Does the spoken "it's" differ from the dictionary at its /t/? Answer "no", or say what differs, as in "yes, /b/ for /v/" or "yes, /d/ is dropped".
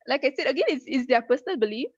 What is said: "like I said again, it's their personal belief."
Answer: yes, /s/ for /t/